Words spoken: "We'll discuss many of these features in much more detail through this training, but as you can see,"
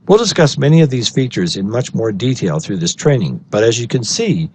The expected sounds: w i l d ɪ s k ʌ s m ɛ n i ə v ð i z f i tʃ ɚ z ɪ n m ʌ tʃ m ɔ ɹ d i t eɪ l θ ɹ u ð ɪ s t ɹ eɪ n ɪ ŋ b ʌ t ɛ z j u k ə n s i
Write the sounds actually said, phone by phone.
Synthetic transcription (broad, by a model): w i l d ɪ s k ʌ s m ɛ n i ə v ð i z f i tʃ ɚ z ɪ n m ʌ tʃ m ɔ ɹ d i t eɪ l θ ɹ u ð ɪ s t ɹ eɪ n ɪ ŋ b ʌ t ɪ z j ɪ k ə n s i